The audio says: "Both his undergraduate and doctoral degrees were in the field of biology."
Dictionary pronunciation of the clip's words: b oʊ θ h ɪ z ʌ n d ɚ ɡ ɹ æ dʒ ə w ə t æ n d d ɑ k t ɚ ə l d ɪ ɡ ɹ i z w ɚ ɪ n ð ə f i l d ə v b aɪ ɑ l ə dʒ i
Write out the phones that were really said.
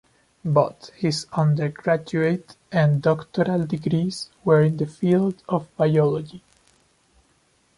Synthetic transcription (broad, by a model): b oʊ t h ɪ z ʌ n d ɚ ɡ ɹ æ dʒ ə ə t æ n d d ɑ k t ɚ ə l d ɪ ɡ ɹ i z w ɚ ɪ n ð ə f i l d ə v b aɪ ɑ l ə dʒ i